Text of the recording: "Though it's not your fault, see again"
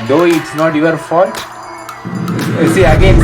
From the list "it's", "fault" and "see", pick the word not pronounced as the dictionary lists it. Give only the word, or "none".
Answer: fault